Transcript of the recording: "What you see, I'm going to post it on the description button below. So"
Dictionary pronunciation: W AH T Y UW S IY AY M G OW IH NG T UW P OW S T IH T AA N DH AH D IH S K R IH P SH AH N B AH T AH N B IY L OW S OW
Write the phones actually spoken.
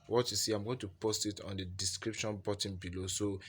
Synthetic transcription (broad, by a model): W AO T Y UW S IY AY M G OW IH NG T UW P OW S T IH T AA N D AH D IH S K R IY P SH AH N B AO T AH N B IY L OW S OW